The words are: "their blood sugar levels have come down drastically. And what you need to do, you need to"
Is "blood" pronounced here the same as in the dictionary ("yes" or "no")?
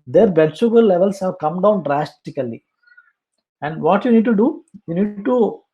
no